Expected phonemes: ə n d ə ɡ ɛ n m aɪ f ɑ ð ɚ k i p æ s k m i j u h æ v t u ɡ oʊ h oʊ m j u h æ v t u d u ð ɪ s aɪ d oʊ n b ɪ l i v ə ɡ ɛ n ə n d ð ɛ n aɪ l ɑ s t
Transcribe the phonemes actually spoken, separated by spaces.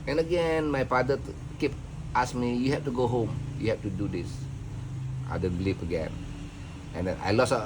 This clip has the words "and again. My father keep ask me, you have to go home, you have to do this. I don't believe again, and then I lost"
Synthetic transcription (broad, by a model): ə n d ə ɡ ɛ n m aɪ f ɑ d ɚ k i p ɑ s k m i j u h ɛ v t u ɡ oʊ h oʊ m j u h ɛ f t u d u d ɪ s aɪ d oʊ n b l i p ə ɡ ɛ n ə n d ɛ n aɪ l ɑ s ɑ